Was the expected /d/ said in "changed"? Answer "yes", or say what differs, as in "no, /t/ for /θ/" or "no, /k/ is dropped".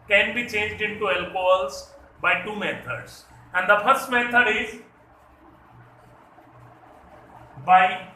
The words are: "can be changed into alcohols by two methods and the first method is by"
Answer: yes